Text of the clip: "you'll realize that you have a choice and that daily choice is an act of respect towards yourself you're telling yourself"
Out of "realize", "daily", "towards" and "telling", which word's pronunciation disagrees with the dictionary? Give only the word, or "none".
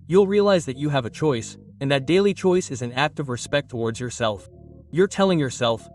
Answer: none